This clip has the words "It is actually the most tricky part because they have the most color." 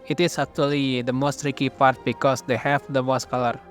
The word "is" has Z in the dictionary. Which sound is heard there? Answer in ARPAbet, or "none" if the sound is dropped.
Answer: S